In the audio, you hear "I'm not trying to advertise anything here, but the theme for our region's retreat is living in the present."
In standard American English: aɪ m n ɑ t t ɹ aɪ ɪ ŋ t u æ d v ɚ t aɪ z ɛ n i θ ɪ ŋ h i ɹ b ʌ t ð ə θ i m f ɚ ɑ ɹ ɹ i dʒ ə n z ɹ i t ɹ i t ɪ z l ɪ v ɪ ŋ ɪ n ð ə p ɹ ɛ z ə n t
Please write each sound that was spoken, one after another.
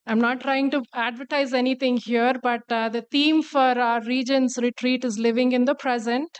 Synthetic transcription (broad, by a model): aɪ m n ɑ t t ɹ aɪ ɪ ŋ t u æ d v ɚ t aɪ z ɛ n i t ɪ ŋ h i ɹ b ʌ t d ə t i m f ɑ ɹ ɹ i dʒ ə n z ɹ i t ɹ i t ɪ z l ɪ v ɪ ŋ ɪ n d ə p ɹ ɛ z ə n t